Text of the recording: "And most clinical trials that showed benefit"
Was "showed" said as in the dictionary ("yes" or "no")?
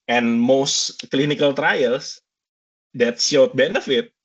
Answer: no